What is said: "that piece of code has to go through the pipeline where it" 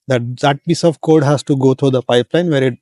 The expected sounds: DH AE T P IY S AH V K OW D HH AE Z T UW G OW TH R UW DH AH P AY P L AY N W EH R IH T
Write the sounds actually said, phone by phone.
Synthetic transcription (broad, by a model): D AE T P IY S AH V K OW D HH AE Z T UW G OW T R UW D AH P AY P L AY N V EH R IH T